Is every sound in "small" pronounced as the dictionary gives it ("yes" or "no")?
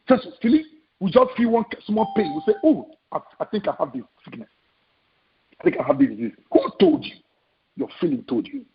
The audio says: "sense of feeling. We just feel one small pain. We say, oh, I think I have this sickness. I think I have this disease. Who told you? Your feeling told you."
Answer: no